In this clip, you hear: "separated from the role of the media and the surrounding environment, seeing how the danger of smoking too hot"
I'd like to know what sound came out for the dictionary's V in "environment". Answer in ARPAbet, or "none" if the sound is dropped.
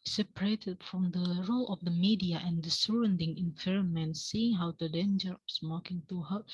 P